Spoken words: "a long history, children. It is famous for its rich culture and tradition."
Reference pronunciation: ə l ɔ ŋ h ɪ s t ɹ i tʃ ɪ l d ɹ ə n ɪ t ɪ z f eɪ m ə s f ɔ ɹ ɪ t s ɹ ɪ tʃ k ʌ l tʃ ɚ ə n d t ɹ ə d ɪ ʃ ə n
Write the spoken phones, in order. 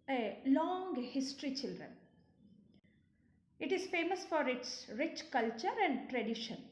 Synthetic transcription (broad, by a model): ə l ɔ ŋ h ɪ s t ɹ i tʃ ɪ l d ɹ ə n ɪ t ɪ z f eɪ m ə s f ɔ ɹ ɪ t s ɹ ɪ tʃ k ʌ l tʃ ɚ ə n d t ɹ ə d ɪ ʃ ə n